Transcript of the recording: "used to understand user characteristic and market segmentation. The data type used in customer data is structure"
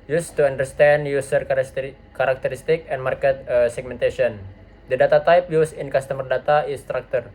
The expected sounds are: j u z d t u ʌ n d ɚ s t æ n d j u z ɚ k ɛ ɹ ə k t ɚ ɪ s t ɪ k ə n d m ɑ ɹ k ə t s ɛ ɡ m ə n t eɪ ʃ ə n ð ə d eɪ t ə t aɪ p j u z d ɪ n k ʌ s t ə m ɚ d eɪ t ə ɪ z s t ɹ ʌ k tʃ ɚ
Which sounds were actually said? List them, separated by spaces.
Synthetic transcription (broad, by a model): j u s t u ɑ n d ɚ s t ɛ n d j u s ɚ k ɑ ɹ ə k t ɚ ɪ s t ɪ k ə n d m ɑ ɹ k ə t s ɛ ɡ m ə n t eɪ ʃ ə n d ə d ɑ t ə t aɪ p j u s ɪ n k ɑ s t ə m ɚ d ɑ t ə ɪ s t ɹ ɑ k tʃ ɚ